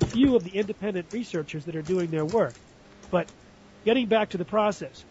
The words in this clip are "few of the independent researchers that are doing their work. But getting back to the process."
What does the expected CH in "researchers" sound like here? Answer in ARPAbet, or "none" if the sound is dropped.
CH